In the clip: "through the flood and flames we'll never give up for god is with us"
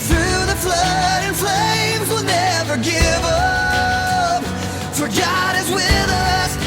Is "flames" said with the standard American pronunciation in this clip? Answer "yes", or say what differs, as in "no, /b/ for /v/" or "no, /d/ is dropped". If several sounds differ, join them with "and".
yes